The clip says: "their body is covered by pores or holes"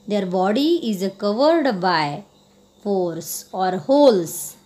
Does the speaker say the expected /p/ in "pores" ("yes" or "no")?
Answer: no